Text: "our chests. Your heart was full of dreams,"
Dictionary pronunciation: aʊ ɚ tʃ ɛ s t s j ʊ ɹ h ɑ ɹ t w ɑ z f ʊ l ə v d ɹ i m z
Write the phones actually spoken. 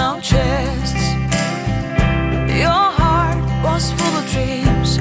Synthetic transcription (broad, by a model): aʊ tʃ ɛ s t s j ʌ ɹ h ɑ ɹ t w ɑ s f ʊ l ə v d ɹ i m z